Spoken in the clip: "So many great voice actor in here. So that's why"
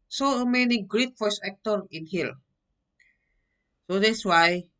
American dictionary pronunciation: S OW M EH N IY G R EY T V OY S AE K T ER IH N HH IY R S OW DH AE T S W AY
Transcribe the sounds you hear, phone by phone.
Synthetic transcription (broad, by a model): S OW M EH N IY G R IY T F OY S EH K T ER IH N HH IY L S OW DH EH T S W AY